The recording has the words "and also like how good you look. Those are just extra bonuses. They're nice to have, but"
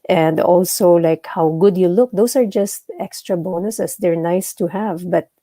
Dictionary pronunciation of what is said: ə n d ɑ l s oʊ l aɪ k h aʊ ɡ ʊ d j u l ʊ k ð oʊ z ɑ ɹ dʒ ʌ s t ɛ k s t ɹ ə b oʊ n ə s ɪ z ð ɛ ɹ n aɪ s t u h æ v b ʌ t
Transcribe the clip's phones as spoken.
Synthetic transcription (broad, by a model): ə n d ɑ l s oʊ l aɪ k h aʊ ɡ ʊ d j u l ʊ k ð oʊ s ɑ ɹ dʒ ʌ s t ɛ k s t ɹ ə b oʊ n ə s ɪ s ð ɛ ɹ n aɪ s t u h æ v b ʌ t